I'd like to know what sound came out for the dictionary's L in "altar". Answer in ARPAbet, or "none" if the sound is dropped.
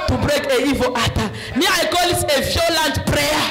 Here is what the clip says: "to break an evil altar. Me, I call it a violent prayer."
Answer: none